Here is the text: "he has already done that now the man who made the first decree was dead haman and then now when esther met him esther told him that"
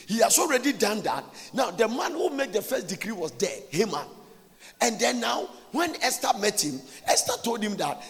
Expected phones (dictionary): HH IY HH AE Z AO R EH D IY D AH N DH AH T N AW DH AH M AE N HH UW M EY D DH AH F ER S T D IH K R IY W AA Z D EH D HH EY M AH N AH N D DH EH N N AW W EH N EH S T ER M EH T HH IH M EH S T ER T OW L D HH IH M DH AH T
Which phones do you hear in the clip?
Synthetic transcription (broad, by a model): HH IY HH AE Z AO R EH D IY D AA N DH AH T N AW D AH M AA N HH UW M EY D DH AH F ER S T D IH K R IY W AA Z D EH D HH EY M AH N AH N D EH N N AW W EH N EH S T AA M EH T HH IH M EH S T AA T OW L D HH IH M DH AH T